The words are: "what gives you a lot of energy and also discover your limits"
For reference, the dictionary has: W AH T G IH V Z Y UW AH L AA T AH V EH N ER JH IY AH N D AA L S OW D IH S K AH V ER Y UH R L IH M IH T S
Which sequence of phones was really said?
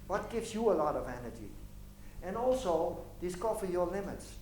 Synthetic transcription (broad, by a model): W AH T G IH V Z Y UW AH L AA T AH V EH N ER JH IY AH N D AA L S OW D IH S K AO F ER Y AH L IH M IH T S